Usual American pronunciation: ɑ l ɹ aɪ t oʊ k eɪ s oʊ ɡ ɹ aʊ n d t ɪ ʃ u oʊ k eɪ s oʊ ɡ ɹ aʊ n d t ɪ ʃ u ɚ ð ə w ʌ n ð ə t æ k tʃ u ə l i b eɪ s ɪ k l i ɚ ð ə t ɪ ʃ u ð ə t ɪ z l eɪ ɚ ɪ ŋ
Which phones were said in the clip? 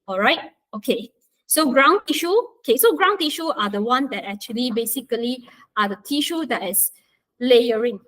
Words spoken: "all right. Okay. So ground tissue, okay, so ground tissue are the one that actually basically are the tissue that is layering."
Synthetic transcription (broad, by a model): ɑ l ɹ aɪ t oʊ k eɪ s oʊ ɡ ɹ aʊ n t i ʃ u oʊ k eɪ s oʊ ɡ ɹ aʊ n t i ʃ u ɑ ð ə w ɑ n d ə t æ k tʃ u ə l i b eɪ s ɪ k l i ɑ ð ə t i ʃ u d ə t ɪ s l eɪ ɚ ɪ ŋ